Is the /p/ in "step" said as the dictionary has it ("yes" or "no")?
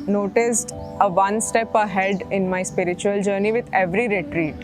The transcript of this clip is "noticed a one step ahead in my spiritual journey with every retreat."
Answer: yes